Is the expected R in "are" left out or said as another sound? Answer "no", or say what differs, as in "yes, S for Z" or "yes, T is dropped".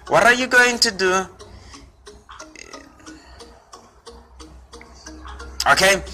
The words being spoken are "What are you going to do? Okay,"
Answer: no